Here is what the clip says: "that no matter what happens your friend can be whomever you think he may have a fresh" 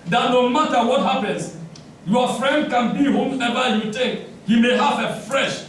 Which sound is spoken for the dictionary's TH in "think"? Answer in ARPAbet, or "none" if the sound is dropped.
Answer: T